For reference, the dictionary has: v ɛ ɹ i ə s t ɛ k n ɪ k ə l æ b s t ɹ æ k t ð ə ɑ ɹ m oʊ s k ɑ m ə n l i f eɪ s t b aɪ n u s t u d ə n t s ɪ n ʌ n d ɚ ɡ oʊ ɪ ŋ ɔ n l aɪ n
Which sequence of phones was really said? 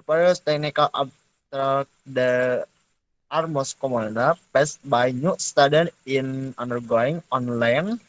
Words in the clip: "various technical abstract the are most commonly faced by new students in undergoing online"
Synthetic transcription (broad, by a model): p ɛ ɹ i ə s t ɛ k n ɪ k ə l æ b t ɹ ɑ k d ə ɑ ɹ m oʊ s k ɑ m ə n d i p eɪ s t b aɪ n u s t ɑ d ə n ɪ n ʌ n d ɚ ɡ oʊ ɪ ŋ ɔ n l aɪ n